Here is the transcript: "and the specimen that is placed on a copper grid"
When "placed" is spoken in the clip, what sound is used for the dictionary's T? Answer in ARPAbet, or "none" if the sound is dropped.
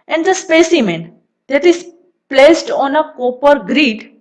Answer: T